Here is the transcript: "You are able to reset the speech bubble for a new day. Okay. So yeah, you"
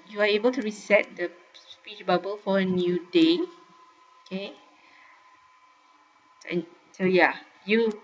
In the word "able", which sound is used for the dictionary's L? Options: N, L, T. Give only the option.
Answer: L